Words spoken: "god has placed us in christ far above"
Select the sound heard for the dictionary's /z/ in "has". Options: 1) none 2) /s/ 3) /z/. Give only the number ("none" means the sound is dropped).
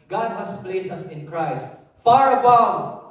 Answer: 2